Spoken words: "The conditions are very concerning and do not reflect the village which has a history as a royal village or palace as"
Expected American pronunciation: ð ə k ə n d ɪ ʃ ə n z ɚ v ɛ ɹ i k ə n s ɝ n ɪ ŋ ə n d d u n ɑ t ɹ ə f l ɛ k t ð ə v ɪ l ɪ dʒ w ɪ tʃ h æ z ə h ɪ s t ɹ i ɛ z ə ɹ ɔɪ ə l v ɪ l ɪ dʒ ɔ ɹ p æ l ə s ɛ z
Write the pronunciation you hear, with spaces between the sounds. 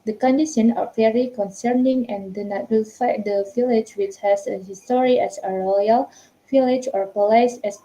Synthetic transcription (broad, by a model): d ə k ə n d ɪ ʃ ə n ɚ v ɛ ɹ i k ə n s ɝ n ɪ ŋ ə n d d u n ɑ t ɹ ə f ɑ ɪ t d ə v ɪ l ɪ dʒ w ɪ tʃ h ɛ s ə h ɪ s t ɹ i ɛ s ə ɹ ɔɪ ə l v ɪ l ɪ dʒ ɔ ɹ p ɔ l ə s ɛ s